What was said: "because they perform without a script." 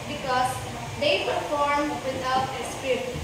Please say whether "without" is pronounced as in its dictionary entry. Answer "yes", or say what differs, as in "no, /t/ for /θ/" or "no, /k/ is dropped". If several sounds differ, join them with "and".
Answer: no, /t/ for /θ/